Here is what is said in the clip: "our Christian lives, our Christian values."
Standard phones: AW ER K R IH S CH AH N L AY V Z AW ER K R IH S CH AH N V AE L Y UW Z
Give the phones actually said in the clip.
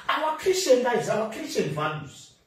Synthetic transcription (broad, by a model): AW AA K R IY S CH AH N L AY Z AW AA K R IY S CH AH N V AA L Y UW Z